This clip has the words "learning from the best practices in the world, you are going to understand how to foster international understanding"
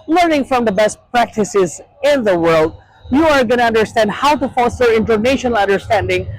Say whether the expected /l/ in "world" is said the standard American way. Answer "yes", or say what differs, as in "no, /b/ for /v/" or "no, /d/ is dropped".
yes